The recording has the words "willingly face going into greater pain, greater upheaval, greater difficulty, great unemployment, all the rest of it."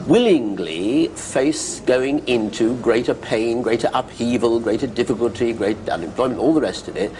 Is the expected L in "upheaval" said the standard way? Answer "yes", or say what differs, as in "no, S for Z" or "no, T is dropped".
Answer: yes